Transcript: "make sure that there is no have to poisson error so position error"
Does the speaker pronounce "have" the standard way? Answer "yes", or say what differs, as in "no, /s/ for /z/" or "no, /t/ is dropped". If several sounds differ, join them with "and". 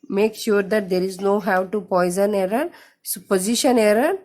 no, /w/ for /v/